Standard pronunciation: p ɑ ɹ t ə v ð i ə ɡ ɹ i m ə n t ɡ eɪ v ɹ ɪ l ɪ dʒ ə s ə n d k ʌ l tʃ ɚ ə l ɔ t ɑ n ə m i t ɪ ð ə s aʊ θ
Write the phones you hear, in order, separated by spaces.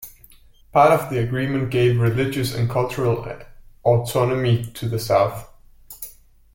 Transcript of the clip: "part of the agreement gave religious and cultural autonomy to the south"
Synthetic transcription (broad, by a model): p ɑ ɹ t ə v ð i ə ɡ ɹ i m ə n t ɡ eɪ v ɹ ɪ l ɪ dʒ ə s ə n k ʌ l tʃ ɚ ə l ɔ t ɑ n ə m i t ɪ ð ə s aʊ θ